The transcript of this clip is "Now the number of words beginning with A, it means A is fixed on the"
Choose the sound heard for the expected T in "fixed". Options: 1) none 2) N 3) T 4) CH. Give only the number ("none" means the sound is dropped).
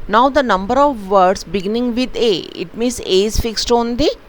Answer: 3